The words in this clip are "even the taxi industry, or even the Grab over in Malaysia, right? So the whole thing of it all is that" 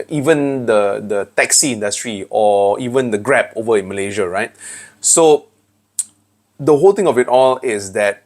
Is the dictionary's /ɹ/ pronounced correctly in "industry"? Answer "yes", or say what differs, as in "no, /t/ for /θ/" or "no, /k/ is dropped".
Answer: yes